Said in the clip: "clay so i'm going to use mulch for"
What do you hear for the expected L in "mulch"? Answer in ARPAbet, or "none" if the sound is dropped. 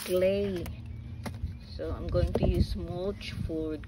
none